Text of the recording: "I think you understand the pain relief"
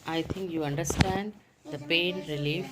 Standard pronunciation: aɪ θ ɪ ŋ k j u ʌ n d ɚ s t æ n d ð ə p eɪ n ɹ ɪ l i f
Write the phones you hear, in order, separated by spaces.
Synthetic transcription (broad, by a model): aɪ t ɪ ŋ k j u ʌ n d ɚ s t æ n d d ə p eɪ n ɹ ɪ l i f